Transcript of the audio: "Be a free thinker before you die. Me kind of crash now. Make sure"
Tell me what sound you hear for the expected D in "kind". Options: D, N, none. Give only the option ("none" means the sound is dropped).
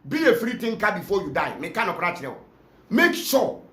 none